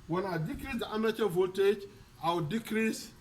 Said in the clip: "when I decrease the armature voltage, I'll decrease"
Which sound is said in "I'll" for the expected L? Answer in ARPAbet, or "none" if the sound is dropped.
W